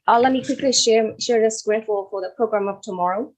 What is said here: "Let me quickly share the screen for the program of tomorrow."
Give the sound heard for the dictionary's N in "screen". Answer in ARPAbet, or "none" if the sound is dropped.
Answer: L